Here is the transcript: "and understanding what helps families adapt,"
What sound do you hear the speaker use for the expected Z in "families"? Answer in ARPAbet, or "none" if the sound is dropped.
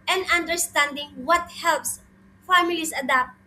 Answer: S